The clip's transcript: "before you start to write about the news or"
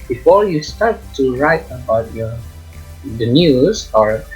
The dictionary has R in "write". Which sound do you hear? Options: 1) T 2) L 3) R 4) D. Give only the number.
3